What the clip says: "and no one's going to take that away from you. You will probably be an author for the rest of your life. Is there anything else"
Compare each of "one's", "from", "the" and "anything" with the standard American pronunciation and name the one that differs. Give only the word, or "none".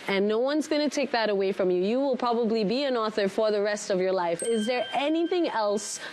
none